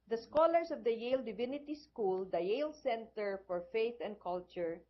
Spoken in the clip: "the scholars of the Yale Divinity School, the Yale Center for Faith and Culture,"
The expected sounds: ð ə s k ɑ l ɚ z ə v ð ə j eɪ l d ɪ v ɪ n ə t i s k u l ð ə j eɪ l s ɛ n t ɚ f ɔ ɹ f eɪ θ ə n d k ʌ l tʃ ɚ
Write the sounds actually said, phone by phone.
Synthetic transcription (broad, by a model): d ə s k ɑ l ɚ s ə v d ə j eɪ l d ɪ v ɪ n ə t i s k u l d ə j eɪ l s ɛ n t ɚ f ɔ ɹ f eɪ θ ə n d k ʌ l tʃ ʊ